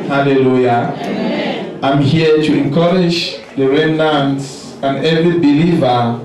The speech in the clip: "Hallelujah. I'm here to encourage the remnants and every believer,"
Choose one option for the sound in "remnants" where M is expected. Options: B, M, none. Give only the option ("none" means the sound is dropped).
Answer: none